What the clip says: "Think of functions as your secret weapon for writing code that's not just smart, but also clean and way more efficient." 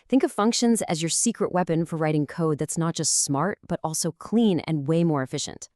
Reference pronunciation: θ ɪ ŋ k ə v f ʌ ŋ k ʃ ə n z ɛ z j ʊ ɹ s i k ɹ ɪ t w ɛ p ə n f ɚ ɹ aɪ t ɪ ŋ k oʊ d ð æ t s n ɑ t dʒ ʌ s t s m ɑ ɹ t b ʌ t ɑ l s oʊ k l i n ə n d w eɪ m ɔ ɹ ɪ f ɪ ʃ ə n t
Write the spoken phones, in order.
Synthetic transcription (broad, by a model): θ ɪ ŋ k ə v f ʌ ŋ k ʃ ə n z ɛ z j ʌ ɹ s i k ɹ ɪ t w ɛ p ə n f ɚ ɹ aɪ t ɪ ŋ k oʊ d ð æ t s n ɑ t dʒ ʌ s t s m ɑ ɹ t b ʌ t ɑ l s oʊ k l i n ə n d w eɪ m ɔ ɹ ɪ f ɪ ʃ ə n t